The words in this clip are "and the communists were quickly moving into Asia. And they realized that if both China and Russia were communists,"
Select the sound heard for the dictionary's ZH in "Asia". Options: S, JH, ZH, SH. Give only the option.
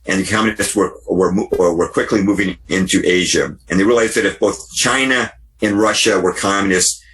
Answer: ZH